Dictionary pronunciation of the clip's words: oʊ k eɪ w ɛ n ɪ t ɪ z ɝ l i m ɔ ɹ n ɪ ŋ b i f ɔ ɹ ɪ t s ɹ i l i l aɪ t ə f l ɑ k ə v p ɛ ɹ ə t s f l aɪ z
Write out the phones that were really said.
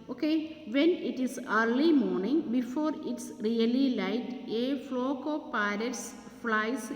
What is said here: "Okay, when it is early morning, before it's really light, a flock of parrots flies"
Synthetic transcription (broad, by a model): oʊ k eɪ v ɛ n ɪ t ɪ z ɝ l i m ɔ ɹ n ɪ ŋ b i f ɔ ɹ ɪ t s ɹ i l i l aɪ t ə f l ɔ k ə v p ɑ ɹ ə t s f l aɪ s